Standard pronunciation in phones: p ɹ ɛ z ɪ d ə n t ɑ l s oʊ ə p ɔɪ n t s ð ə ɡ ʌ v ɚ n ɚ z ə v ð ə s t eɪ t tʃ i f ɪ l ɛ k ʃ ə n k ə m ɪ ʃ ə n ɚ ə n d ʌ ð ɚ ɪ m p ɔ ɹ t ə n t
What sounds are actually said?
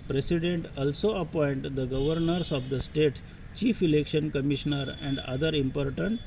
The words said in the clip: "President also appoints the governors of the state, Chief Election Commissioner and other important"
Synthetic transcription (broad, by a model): p ɹ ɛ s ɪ d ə n t ɑ l s oʊ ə p ɔɪ n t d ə ɡ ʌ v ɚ n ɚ s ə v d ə s t eɪ t tʃ i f ɪ l ɛ k ʃ ə n k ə m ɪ ʃ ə n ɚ ə n d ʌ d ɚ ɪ m p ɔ ɹ t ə n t